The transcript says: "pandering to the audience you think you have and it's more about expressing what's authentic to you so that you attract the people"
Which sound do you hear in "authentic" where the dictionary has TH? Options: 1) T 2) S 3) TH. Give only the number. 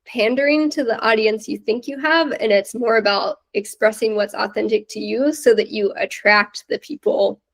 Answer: 3